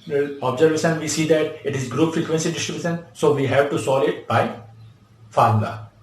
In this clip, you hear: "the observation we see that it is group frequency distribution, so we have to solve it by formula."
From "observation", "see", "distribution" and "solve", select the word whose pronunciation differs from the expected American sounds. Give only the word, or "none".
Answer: solve